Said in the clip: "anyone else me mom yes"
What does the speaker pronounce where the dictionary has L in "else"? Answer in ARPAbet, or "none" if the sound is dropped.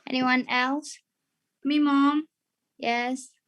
L